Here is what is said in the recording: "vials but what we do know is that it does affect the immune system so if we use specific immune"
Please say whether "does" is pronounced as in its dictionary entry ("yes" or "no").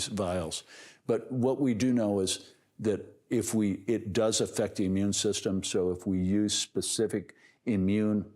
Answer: yes